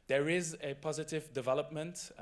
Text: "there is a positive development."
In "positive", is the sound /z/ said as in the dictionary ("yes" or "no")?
yes